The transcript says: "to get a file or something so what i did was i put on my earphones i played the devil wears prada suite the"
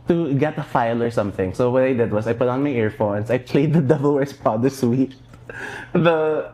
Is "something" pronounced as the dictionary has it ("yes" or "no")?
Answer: yes